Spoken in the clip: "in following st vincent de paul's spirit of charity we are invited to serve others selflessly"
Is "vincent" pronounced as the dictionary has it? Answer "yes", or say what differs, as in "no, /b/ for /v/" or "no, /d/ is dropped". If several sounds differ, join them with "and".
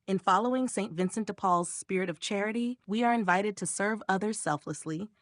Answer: yes